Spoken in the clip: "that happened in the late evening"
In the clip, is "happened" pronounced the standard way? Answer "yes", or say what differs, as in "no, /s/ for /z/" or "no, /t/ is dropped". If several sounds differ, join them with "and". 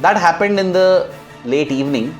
yes